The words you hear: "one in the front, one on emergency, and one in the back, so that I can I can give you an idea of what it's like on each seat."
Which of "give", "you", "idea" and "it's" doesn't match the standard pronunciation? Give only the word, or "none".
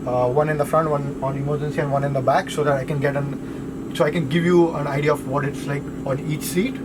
none